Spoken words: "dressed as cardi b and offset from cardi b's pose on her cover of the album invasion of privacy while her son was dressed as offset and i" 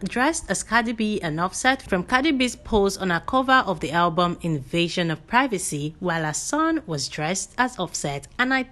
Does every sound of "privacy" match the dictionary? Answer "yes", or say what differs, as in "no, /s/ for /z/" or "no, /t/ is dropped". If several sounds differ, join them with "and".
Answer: yes